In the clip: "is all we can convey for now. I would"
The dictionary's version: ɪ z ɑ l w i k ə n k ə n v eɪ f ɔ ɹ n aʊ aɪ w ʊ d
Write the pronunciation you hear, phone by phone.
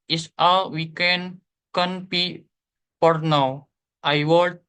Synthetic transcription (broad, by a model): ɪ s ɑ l w i k ə n k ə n p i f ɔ ɹ n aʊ aɪ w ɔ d